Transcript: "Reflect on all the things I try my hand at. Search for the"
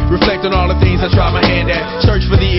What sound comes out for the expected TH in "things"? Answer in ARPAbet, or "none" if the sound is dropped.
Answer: TH